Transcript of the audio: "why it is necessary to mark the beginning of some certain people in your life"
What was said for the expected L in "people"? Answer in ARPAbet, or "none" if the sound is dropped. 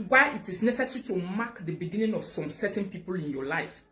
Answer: L